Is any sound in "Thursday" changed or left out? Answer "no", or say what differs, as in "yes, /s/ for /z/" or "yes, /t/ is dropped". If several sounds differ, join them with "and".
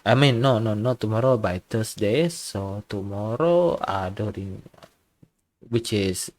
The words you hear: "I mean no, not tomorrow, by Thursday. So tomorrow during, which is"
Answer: yes, /t/ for /θ/ and /s/ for /z/